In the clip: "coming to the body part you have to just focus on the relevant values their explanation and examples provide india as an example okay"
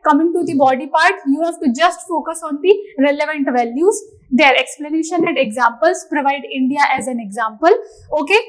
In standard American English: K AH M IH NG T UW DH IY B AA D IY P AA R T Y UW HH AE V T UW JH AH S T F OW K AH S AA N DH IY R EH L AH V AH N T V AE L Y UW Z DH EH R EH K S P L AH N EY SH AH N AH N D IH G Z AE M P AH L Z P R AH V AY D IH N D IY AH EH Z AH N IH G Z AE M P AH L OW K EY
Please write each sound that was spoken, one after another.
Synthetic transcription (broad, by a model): K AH M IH NG T UW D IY B AA D IY P AA R T Y UW HH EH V T UW JH AH S T F OW K AH S AA N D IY R EH L AH V AH N T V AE L Y UW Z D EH R EH K S P L AH N EY SH AH N AH N D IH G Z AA M P AH L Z P R AH V AY D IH N D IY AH EH Z AH N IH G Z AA M P AH L OW K EY